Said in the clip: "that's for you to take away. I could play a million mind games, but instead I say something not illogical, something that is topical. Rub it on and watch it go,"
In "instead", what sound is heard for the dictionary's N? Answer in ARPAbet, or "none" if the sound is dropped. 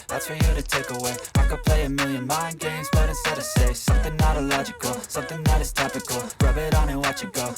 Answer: none